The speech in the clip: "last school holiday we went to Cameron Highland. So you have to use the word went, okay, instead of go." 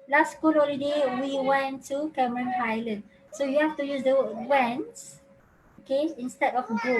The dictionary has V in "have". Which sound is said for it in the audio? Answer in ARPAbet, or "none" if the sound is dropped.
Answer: F